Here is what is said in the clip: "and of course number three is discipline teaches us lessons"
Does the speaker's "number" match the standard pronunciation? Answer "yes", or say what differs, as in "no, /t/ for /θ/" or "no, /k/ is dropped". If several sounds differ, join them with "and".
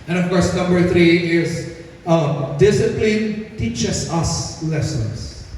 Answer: yes